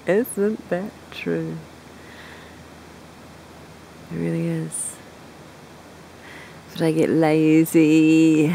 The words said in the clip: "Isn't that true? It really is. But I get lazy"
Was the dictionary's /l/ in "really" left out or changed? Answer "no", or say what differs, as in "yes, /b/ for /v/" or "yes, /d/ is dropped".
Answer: no